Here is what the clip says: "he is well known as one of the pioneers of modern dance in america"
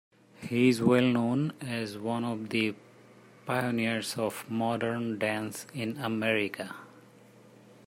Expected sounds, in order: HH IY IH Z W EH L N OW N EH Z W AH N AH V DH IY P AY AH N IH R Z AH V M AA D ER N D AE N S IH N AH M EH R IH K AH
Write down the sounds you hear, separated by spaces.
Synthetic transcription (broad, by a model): HH IY IH Z W EH L N OW N EH Z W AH N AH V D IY P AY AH N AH R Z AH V M AA D ER N D AE N S IH N AH M EH R IH K AH